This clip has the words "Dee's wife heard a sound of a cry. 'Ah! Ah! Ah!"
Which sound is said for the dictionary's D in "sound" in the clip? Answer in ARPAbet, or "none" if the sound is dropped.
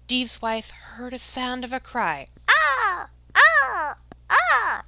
D